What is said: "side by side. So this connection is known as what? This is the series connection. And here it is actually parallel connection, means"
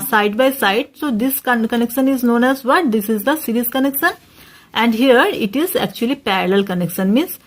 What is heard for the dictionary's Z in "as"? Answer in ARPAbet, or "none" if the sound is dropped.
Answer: Z